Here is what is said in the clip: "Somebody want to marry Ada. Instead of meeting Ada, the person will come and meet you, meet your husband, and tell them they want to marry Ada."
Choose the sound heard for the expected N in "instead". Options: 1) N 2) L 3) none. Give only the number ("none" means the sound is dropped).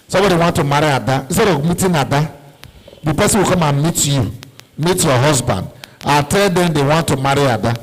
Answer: 3